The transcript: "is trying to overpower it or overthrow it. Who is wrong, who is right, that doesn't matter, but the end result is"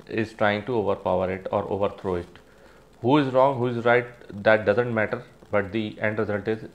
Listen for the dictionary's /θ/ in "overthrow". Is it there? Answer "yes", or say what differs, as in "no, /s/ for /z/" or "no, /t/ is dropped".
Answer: no, /t/ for /θ/